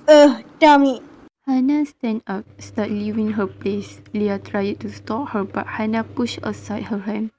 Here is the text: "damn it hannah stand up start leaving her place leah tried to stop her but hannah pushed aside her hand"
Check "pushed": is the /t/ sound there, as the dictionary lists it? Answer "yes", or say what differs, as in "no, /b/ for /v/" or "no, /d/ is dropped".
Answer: no, /t/ is dropped